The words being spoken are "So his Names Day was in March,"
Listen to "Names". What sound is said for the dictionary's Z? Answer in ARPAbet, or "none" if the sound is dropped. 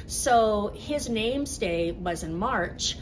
Z